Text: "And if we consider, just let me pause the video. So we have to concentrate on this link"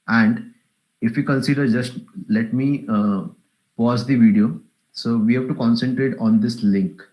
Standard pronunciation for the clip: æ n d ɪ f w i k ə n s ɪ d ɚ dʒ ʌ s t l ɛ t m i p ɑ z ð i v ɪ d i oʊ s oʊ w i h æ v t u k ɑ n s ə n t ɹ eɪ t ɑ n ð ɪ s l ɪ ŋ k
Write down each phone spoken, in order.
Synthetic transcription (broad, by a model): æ n d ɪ f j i k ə n s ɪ d ɚ dʒ ʌ s t l ɛ t m i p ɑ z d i v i d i oʊ s oʊ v i h æ v t u k ɑ n s ə n t ɹ eɪ t ɑ n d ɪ s l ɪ ŋ k